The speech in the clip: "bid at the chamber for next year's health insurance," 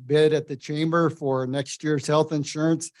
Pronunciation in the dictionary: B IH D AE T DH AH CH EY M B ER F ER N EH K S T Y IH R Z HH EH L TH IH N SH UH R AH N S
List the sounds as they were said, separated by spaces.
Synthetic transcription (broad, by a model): B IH D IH T DH AH CH EY M B ER F ER N EH K S T Y IH R Z HH EH L TH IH N SH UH R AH N S